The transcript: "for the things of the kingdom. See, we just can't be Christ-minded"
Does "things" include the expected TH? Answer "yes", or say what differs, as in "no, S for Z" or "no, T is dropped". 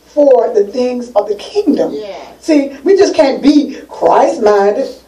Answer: yes